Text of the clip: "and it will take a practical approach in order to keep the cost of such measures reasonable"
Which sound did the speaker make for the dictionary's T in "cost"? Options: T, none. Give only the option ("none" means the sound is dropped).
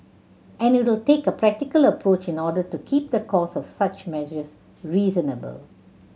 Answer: none